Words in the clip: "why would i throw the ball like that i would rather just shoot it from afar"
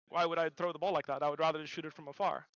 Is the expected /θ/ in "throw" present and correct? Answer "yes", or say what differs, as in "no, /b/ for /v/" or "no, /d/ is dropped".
yes